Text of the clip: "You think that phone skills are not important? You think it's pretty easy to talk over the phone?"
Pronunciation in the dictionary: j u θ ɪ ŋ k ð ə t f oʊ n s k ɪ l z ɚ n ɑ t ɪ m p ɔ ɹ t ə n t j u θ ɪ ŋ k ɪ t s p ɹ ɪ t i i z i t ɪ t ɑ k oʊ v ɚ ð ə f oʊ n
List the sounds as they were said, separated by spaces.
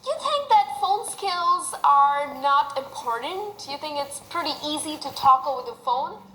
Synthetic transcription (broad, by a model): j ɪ θ ɪ ŋ k ð ə t f oʊ n s k ɪ l z ɚ n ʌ t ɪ m p ɔ ɹ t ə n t j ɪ θ ɪ ŋ k ɪ t s p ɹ ɪ t i i z i t ɪ t ɑ k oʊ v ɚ ð ə f oʊ n